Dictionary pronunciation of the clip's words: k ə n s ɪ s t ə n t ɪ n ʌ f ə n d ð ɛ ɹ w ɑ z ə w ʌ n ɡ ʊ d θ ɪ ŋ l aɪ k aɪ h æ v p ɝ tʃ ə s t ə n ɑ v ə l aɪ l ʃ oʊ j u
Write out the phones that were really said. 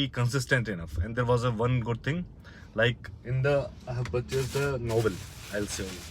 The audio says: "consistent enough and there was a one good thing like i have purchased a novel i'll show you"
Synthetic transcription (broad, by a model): k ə n s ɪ s t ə n t ɪ n ʌ f ə n d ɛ ɹ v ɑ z ə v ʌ n ɡ ʊ d t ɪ ŋ l aɪ k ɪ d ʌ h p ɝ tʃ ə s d ə n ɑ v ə l aɪ l s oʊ